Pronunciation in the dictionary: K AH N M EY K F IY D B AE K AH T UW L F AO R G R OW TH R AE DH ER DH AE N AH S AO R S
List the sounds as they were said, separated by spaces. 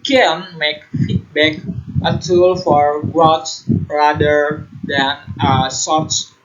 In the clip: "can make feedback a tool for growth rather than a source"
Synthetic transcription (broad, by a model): K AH N M EY K F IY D B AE K AH T UW L F AO R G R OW S R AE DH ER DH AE N AH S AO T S